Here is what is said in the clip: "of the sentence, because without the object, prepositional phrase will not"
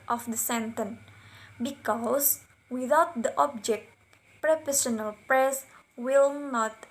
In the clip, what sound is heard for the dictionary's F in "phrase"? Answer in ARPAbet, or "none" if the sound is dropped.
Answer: P